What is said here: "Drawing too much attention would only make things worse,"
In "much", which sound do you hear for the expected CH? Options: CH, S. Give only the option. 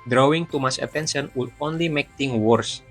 S